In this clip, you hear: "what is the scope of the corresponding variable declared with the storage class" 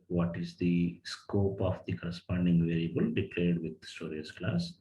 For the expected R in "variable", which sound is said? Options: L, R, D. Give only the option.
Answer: R